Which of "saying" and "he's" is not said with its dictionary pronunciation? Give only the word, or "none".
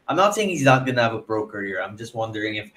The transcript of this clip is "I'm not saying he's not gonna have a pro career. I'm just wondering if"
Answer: none